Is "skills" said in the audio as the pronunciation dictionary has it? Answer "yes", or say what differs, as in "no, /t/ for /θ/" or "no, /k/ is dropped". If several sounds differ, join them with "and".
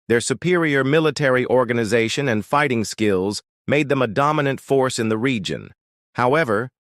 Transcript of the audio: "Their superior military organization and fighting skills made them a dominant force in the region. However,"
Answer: yes